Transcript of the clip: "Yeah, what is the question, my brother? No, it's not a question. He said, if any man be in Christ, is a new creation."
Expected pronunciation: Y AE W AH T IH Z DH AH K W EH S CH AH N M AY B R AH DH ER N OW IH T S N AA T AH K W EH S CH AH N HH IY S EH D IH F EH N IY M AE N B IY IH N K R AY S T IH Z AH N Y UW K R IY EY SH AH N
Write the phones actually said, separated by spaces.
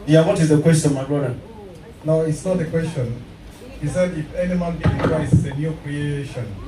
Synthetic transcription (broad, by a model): Y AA W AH T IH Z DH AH K W EH S CH AH N M AY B R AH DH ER N OW IH T S N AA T AH K W EH S CH AH N HH IY S EH D IH F EH N IY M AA N B IY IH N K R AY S IH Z AH N Y UW K R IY EY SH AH N